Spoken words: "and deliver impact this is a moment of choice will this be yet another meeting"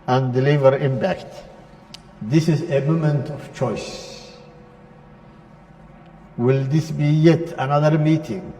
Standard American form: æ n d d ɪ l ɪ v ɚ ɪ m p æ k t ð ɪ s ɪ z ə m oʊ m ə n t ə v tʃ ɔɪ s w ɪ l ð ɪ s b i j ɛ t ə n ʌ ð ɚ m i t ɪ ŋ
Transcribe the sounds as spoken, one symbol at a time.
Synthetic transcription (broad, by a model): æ n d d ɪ l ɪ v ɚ ɪ m p æ k t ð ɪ s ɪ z ə m oʊ m ə n t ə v tʃ ɔɪ s w ɪ l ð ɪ s b i j ɛ t ə n ʌ ð ɚ m i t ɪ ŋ